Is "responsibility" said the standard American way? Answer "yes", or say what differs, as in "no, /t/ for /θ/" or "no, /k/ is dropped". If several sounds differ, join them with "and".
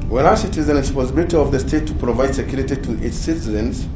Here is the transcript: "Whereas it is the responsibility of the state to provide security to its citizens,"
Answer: no, /n/ is dropped